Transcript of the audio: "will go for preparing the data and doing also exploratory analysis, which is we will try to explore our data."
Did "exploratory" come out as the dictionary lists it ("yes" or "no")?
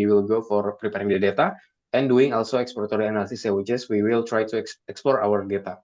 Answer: no